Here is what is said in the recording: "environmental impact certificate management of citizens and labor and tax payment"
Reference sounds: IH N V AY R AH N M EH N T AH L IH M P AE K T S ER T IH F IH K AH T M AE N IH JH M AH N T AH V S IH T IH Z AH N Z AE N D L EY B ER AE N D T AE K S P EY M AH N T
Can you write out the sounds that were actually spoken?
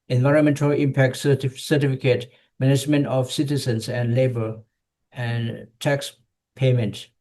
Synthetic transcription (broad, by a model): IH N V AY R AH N M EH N T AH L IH M P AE K T S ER T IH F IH K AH T M AE N IH JH M AH N T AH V S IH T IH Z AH N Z AE N D L EY B ER AE N D T AE K S P EY M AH N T